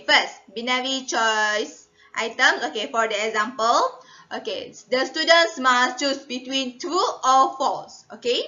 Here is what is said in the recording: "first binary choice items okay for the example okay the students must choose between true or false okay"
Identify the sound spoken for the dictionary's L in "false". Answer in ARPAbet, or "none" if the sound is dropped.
none